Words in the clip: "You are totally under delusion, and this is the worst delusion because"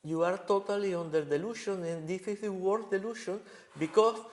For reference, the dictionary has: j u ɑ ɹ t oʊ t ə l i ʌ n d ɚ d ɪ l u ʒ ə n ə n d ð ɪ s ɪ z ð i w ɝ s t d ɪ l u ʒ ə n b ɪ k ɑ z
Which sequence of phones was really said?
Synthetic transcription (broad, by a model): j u ɑ ɹ t oʊ t ə l i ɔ n d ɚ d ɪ l u ʃ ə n ə n d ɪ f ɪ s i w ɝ t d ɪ l u ʃ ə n b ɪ k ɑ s